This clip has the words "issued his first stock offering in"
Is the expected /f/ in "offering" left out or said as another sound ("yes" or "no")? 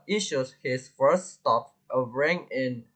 yes